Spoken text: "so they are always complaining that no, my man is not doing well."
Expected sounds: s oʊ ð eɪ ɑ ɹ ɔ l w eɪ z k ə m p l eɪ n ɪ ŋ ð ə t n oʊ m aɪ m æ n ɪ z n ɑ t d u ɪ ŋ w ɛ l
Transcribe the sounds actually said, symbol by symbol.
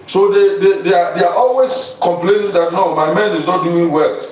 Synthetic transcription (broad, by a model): s oʊ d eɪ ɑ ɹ ɔ l w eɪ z k ə m p l eɪ n ɪ ŋ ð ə t n oʊ m aɪ m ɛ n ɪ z n ɑ t d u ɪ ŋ w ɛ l